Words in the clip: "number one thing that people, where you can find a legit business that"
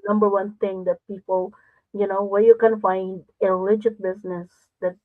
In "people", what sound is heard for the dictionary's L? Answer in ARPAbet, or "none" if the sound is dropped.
N